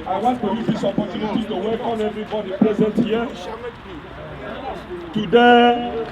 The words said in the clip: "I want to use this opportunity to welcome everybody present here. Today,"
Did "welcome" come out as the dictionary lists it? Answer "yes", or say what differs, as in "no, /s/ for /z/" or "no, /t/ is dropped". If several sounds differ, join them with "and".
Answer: no, /l/ is dropped